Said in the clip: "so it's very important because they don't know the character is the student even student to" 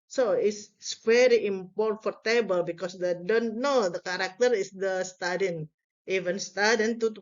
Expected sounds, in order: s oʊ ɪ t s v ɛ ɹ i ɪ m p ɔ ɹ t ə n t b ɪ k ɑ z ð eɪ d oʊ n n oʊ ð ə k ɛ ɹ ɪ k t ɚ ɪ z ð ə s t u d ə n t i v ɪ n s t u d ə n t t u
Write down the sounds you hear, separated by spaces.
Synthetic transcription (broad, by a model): s oʊ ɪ s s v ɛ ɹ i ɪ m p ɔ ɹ t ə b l b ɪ k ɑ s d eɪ d oʊ n n oʊ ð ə k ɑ ɹ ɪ k t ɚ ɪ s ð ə s t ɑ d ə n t i v ɪ n s t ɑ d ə n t t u